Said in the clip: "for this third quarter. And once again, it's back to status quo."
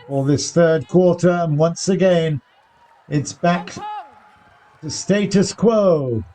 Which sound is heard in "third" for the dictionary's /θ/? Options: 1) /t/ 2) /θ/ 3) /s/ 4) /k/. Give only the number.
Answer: 2